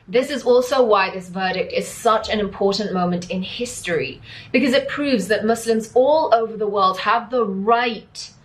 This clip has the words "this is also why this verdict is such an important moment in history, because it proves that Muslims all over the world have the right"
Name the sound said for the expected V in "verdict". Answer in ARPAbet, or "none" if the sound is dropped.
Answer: V